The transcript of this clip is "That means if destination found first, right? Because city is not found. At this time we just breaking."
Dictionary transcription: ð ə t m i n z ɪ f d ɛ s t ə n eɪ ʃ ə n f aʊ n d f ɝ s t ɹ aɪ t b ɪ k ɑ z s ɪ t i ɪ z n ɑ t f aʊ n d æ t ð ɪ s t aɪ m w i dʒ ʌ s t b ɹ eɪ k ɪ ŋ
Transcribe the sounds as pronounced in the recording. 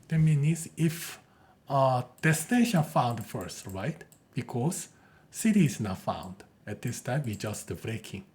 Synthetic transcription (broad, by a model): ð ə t m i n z ɪ f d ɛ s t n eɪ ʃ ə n f aʊ n d f ɝ s t ɹ aɪ t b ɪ k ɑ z s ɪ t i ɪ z n ɑ t f aʊ n d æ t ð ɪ s t aɪ m w i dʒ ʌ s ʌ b ɹ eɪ k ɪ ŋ